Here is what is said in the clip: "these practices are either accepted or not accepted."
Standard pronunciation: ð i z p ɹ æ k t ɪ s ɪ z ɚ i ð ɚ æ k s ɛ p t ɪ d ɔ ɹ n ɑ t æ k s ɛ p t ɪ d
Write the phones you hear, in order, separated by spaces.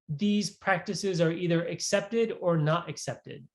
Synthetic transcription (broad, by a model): ð i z p ɹ æ k t ɪ s ɪ z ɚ i ð ɚ æ k s ɛ p t ɪ d ɔ ɹ n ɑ t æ k s ɛ p t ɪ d